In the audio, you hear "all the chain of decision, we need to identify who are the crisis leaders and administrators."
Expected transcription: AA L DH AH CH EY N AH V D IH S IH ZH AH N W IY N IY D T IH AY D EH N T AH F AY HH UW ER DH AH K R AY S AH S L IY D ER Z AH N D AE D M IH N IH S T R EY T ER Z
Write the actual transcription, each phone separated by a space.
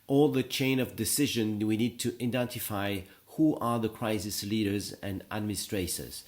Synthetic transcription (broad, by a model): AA L DH AH CH EY N AH V D IH S IH ZH AH N W IY N IY D T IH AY D EH N T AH F AY HH UW ER DH AH K R AY S AH S L IY D ER Z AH N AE D M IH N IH S T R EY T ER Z